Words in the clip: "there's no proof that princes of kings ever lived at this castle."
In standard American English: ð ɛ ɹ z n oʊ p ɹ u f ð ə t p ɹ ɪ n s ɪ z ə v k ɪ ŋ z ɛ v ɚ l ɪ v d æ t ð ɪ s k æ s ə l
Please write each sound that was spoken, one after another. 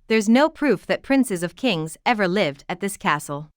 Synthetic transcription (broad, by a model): ð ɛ ɹ z n oʊ p ɹ u f ð ə t p ɹ ɪ n s ɪ z ə v k ɪ ŋ z ɛ v ɚ l ɪ v d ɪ t ð ɪ s k æ s l